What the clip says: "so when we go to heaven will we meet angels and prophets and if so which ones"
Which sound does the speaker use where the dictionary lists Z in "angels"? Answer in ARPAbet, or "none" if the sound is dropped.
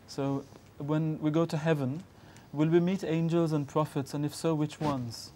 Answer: Z